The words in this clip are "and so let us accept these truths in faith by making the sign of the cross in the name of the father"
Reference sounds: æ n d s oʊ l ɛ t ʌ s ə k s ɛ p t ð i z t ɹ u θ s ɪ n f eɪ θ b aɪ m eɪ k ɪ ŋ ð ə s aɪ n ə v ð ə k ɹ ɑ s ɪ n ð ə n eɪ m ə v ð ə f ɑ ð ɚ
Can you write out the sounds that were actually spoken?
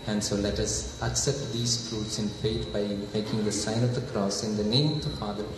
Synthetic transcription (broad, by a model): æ n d s oʊ l ɛ t ʌ s ə k s ɛ p t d i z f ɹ u t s ɪ n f eɪ t b aɪ m eɪ k ɪ ŋ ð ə s aɪ n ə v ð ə k ɹ ɑ s ɪ n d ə n eɪ m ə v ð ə f ɑ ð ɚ